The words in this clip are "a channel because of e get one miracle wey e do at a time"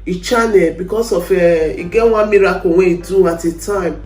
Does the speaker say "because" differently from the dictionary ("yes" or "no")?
yes